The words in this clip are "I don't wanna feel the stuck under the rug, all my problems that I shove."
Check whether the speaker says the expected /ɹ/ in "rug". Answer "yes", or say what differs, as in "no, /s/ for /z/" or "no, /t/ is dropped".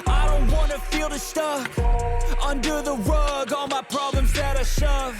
no, /w/ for /ɹ/